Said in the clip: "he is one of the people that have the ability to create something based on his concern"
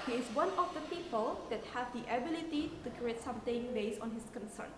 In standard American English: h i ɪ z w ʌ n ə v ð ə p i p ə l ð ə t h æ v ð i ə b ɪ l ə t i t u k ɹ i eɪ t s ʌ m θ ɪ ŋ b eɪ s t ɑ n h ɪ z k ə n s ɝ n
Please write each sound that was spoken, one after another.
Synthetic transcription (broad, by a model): h i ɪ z w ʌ n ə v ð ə p i p ə l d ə t h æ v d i ə b ɪ l ə t i t u k ɹ i eɪ t s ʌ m t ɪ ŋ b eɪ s ɑ n h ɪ s k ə n s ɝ n